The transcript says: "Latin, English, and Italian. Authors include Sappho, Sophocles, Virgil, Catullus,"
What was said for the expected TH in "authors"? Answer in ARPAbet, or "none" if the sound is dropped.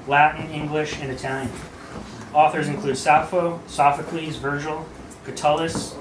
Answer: TH